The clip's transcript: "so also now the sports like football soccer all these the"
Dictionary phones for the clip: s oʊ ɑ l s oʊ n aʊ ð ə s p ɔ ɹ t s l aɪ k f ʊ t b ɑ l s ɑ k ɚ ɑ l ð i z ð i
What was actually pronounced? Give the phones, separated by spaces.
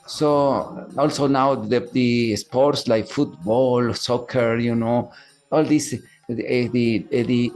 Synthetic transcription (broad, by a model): s oʊ ɑ l s oʊ n aʊ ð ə s p ɔ ɹ t s l aɪ k f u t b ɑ l s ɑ k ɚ ɑ l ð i s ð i